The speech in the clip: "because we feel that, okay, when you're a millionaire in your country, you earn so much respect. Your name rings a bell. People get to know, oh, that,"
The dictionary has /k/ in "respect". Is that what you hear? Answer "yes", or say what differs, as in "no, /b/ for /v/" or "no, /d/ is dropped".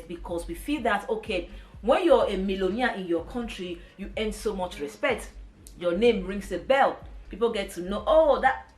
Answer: yes